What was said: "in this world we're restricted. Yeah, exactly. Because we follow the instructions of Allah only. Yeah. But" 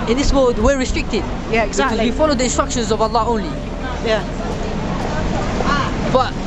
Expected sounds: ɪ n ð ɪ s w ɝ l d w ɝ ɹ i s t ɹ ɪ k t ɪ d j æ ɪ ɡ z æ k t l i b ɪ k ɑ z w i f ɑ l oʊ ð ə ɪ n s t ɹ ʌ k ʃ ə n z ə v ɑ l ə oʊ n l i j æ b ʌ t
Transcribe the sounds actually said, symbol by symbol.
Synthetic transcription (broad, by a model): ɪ n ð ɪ s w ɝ d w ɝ ɹ i s t ɹ ɪ k t ɪ d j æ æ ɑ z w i f ɑ l oʊ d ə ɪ n s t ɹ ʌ k ʃ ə n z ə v ɑ l ə oʊ n l i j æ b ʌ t